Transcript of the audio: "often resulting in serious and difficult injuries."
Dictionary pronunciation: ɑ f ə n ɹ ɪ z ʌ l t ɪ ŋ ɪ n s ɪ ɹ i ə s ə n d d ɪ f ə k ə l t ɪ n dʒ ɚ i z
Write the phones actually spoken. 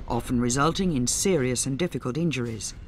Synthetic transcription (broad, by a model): ɑ f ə n ɹ ɪ z ʌ l t ɪ ŋ ɪ n s ɪ ɹ i ə s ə n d d ɪ f ə k ə l t ɪ n dʒ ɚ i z